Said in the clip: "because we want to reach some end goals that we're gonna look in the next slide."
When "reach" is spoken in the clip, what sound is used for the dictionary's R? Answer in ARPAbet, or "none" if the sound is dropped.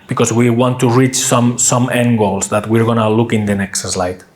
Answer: R